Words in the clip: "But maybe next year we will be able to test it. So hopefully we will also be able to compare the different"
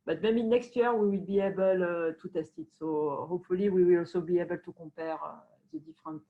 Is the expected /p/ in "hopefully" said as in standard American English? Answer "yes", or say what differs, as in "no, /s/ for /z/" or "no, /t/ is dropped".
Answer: no, /p/ is dropped